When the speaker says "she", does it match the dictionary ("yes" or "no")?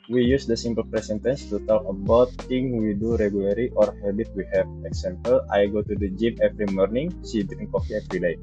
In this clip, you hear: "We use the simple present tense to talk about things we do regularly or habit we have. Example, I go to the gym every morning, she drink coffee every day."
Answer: no